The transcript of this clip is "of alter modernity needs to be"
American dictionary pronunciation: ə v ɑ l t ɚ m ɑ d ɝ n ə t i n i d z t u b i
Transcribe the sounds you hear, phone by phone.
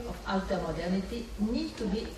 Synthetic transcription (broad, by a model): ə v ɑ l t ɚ m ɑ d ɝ n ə t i n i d t u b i